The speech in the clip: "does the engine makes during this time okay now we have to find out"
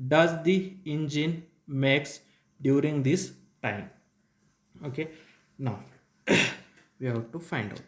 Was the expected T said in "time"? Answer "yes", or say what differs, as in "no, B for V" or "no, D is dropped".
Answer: yes